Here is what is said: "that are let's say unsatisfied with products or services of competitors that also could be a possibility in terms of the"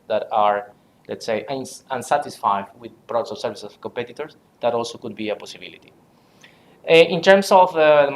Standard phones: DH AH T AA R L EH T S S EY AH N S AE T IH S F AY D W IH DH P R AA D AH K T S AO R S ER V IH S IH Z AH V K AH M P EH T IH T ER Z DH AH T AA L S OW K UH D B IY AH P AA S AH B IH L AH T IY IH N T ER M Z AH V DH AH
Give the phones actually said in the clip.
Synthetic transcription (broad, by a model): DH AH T AA R L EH T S S EY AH N S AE T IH S F AY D W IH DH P R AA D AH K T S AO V S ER V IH S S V K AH M P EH T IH T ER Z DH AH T AA L S OW K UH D B IY AH P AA S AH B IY L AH T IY IH N T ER M S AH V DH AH